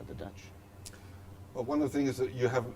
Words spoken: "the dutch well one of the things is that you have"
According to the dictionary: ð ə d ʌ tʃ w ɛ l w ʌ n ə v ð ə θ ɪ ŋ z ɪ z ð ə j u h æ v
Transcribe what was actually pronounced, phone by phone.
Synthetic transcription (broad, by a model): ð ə d ʌ tʃ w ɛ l w ʌ n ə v ð ə θ ɪ ŋ ɪ z ð ə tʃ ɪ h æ v